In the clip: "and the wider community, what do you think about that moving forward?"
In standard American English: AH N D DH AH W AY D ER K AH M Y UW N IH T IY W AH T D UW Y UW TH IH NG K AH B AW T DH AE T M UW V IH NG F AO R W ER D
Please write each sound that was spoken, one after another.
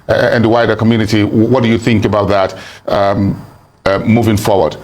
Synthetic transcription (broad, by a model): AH N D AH W AY D ER K AH M Y UW N IH T IY W AH T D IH Y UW TH IH NG K AH B AW T DH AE T M UW V IH NG F AO R W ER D